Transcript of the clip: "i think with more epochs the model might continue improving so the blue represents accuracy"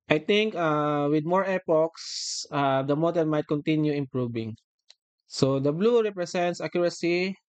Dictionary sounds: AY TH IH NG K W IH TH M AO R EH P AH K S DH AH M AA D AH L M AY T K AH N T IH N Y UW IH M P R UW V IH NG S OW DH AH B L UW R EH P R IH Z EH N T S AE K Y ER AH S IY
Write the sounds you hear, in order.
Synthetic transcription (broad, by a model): AY T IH NG K W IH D M AO R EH P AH K S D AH M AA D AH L M AY T K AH N T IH N Y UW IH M P R UW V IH NG S OW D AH B L UW R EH P R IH S EH N T S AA K Y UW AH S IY